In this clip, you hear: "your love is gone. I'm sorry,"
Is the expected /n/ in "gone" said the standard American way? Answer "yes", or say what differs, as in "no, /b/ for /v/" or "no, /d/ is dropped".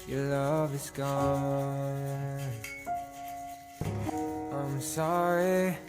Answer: no, /n/ is dropped